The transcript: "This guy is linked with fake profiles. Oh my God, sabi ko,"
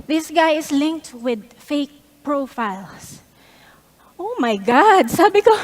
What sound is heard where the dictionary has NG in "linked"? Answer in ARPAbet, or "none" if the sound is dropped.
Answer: NG